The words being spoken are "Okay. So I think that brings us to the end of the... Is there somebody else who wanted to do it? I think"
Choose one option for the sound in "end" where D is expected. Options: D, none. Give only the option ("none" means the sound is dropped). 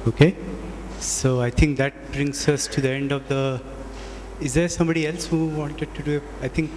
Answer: D